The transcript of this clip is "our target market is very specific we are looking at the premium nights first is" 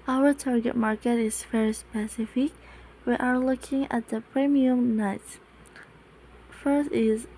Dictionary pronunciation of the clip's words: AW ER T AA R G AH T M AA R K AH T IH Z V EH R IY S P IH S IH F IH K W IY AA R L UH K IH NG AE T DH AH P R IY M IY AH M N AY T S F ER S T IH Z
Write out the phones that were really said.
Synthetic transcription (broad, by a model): AW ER T AA R G AH T M AA R K AH T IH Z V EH R IY S P IH S IH F IH K W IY AA R L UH K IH NG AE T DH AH P R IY M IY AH M N AY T F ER S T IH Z